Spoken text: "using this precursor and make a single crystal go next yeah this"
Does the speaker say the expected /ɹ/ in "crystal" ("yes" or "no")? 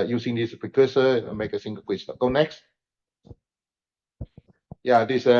no